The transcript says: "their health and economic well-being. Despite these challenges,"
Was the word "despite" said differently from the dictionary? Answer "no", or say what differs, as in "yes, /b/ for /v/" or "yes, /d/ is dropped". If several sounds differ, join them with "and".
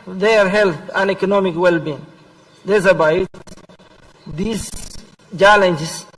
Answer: yes, /b/ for /p/